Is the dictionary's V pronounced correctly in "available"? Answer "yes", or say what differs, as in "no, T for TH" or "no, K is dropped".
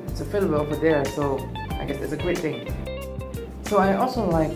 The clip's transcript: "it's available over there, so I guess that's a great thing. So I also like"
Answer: no, F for V